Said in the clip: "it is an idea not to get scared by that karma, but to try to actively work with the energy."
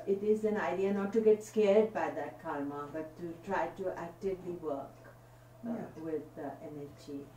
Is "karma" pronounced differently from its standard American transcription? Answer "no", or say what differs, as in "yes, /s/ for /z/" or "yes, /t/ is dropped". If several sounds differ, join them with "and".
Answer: yes, /l/ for /ɹ/